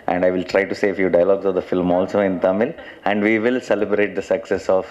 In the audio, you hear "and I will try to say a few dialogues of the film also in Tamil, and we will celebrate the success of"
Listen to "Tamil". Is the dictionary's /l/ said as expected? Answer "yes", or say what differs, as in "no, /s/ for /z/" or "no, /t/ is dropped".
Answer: yes